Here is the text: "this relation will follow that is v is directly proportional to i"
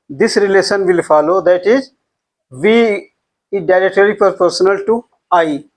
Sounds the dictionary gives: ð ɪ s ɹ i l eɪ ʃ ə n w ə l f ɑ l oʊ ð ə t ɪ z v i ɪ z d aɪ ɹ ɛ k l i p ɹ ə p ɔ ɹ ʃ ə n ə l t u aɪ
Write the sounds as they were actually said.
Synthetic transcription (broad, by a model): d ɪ s ɹ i l eɪ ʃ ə n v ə l f ɑ l oʊ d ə t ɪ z v i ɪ d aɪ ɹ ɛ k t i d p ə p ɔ ɹ s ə n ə l t u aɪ